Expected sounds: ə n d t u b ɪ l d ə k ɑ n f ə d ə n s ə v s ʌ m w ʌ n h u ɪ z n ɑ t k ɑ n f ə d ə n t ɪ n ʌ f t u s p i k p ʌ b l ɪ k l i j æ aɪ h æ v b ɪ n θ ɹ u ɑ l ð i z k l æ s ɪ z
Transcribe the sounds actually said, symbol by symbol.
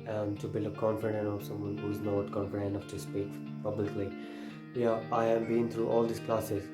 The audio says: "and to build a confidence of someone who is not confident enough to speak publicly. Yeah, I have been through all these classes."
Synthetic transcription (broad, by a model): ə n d t u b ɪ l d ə k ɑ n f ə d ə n ə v s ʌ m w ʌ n h u ɪ z n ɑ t k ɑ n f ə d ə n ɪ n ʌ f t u s p i k p ʌ b l ɪ k l i j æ aɪ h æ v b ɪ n t ɹ u ɑ l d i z k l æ s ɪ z